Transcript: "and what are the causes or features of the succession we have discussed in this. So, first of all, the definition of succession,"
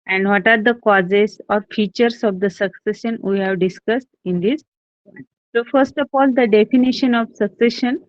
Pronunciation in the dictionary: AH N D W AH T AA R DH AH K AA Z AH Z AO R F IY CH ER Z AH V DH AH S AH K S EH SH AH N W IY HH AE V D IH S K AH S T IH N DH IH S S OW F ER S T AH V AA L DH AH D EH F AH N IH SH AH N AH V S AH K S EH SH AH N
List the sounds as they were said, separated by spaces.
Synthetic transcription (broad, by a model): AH N D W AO T AA R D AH K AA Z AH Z AO R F IY CH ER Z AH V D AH S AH K S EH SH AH N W IY HH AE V D IH S K AH S T IH N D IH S S OW F ER S T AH F AA L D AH D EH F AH N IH SH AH N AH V S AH K S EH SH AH N